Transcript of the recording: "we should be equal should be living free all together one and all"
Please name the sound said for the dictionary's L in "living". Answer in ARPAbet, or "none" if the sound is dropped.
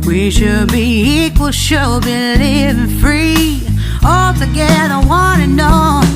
N